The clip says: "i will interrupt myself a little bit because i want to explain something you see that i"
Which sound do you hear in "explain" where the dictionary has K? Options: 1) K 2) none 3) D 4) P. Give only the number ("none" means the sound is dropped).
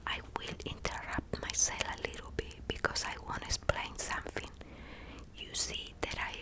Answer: 2